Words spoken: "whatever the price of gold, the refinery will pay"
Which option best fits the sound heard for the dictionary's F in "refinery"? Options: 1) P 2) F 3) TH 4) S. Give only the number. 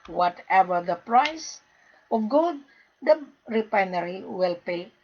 1